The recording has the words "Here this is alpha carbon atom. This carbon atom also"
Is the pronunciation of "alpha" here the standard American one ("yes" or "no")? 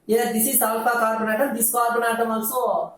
no